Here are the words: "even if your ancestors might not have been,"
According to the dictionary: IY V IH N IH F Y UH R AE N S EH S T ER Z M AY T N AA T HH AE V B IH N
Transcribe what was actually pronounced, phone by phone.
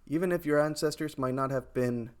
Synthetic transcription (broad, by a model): IY V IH N IH F Y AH R AE N S EH S T ER Z M AY T N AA T HH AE V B IH N